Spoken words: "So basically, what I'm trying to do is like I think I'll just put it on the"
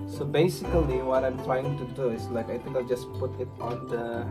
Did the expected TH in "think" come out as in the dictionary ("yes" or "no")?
no